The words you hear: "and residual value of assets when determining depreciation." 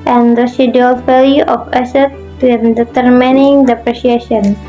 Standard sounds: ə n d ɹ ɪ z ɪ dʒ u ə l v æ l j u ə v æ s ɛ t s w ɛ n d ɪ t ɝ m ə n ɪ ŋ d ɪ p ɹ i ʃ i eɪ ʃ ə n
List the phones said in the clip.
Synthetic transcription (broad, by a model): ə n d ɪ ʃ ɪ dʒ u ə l f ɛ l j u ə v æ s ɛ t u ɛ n d ɪ t ɝ m ə n ɪ ŋ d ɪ p ɹ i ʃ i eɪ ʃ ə n